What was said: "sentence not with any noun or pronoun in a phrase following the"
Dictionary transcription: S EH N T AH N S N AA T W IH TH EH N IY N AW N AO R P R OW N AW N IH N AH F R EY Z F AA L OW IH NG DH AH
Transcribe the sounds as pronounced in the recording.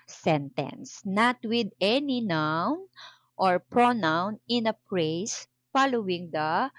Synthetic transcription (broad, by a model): S EH N T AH N S N AA T W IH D EH N IY N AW N AO R P R OW N AW N IH N AH P R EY S F AA L OW IH NG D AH